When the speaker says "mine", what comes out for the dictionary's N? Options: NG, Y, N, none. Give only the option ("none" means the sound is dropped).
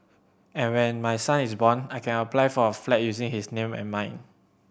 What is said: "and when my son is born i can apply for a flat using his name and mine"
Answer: N